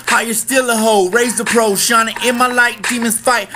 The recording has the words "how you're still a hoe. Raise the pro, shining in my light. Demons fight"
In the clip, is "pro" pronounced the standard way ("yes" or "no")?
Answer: yes